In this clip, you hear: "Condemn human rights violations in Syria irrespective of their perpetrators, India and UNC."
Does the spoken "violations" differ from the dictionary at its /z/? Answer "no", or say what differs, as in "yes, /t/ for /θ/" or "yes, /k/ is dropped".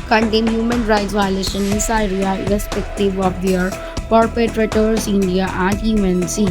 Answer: yes, /z/ is dropped